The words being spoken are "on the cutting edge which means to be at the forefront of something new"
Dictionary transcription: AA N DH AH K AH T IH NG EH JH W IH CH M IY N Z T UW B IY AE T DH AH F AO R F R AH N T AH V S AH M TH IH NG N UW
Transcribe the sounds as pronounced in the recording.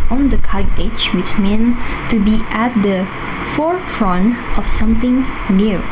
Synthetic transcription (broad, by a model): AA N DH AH K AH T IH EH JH W IH CH M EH N T UW B IY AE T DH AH F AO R F R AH N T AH F S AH M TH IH NG N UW